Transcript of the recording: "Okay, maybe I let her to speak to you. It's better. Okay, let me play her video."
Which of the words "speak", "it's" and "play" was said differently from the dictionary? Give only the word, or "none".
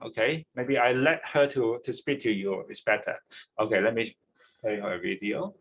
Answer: play